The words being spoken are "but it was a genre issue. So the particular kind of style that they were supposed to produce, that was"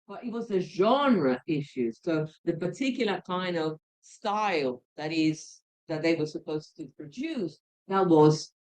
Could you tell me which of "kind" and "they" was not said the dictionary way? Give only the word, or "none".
none